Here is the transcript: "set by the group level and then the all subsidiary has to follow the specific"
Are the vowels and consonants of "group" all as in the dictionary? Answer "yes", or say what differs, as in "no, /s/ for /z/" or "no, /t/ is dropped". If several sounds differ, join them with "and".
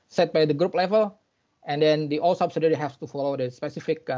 yes